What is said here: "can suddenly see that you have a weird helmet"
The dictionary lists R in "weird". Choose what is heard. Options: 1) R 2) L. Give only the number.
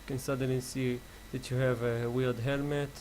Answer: 2